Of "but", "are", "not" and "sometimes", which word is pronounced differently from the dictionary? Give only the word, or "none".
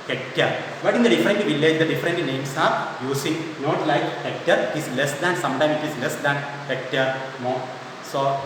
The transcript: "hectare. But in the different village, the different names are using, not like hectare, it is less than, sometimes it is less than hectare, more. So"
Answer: sometimes